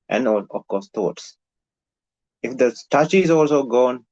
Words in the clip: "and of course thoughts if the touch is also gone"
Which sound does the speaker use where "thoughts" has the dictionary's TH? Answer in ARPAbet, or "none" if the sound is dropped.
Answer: T